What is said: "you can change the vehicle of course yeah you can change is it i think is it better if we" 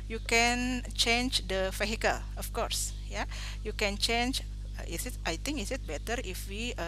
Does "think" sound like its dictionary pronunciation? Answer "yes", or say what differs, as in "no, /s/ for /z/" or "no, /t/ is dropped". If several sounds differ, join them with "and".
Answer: no, /t/ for /θ/